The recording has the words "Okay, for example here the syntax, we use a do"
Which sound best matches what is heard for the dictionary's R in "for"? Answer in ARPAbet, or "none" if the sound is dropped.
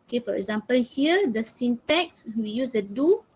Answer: R